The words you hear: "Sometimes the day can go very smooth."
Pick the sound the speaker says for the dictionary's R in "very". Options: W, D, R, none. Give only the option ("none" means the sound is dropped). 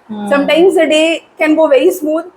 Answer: none